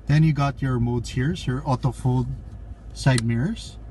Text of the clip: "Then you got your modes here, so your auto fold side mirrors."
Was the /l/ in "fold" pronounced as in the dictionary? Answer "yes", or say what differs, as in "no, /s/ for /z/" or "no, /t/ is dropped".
yes